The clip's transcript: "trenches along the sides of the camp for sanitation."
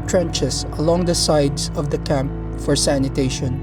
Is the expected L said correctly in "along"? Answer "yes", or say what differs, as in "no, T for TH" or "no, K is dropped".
yes